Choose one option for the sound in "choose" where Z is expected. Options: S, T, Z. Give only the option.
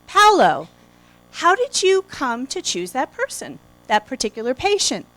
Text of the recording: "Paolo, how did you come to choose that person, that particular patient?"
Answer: Z